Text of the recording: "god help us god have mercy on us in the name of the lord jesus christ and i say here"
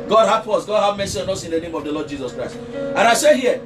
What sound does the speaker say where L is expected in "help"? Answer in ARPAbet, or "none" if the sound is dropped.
none